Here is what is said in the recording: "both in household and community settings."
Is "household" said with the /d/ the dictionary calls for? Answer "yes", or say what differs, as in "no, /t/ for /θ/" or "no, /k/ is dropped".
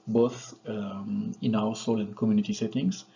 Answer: no, /d/ is dropped